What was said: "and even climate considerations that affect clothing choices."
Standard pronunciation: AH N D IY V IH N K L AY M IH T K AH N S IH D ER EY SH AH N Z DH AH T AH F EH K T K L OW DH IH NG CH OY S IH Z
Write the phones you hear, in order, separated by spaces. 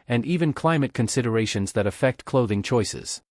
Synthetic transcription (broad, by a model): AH N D IY V IH N K L AY M IH T K AH N S IH D ER EY SH AH N Z DH AH T AH F EH K T K L OW DH IH NG CH OY S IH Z